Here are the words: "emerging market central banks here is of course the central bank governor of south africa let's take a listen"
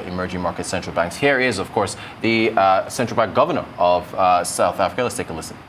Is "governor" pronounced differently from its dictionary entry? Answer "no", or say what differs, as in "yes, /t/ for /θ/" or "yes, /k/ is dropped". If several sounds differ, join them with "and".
no